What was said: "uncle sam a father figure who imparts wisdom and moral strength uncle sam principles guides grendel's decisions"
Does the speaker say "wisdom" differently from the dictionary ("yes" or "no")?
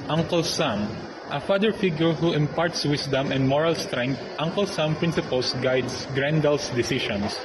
yes